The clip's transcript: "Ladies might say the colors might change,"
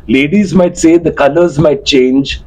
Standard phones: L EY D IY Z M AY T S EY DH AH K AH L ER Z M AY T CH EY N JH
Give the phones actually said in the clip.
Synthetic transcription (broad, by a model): L EY D IY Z M AY T S EY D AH K AH L ER Z M AY T CH EY N JH